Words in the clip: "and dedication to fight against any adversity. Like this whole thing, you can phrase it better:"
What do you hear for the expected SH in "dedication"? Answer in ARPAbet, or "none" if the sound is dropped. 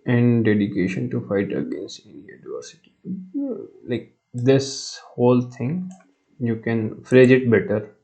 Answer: SH